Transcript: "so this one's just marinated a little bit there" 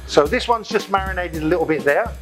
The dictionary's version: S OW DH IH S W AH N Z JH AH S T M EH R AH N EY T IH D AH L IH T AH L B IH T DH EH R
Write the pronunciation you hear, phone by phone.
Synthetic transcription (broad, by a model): S OW DH IH S W AH N Z JH AH S M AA R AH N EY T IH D AH L IH T L B IH T DH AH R